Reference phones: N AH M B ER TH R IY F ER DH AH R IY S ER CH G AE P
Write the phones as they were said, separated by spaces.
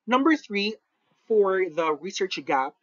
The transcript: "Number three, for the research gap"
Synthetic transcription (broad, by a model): N AH M B ER TH R IY F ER DH AH R IY S ER CH G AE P